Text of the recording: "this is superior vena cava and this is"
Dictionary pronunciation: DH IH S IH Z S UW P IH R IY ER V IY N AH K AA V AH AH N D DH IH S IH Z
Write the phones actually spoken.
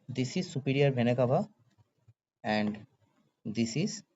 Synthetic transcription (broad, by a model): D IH S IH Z S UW P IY R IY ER B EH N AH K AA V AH AH N D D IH S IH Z